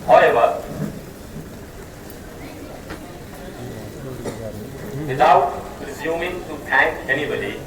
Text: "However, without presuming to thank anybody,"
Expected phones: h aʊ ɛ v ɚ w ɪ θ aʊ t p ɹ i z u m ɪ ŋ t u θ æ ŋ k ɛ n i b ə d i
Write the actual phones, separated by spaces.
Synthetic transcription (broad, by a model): h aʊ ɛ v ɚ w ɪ t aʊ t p ɹ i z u m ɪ ŋ t u t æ ŋ k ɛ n i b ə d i